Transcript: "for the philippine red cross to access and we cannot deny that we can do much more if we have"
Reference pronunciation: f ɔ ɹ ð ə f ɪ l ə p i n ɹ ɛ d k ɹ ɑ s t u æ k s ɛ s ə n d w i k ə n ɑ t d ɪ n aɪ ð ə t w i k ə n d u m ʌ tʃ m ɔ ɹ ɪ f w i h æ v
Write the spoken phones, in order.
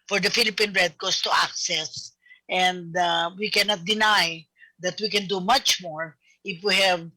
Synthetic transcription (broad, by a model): f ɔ ɹ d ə f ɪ l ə p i n ɹ ɛ d k ɑ s t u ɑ k s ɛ s ə n d w i k ə n ɑ t d ɪ n aɪ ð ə t w i k ə n d u m ʌ tʃ m ɔ ɹ ɪ f w i h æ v